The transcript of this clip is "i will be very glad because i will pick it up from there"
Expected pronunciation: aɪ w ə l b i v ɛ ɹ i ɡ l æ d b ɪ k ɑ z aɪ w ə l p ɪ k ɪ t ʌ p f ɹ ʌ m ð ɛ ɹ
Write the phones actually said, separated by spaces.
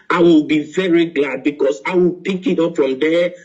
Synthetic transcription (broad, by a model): aɪ w ə l b i v ɛ ɹ i ɡ l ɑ d b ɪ k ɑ s aɪ w ə l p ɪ k ɪ t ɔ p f ɹ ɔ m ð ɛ